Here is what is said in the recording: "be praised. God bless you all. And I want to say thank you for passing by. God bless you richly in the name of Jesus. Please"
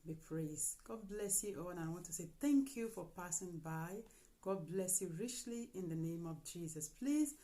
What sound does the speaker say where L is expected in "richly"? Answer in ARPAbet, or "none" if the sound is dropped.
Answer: L